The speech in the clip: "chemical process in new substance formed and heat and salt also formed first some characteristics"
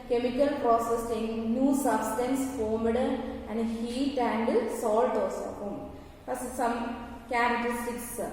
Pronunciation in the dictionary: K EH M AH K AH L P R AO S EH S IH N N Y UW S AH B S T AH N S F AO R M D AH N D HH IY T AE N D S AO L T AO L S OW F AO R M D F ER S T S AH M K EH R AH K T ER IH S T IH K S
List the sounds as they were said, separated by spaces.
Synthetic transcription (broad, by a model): K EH M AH K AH L P R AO S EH S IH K N Y UW S AH B S T AH N S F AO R M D AH N D HH IY T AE N D S AO L T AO S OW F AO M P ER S S AH M K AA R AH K T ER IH S T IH K S